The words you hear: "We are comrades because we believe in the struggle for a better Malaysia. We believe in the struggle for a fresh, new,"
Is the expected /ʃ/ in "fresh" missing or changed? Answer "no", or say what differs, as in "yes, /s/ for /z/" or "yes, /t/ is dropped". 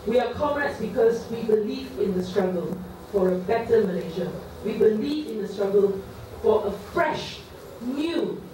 no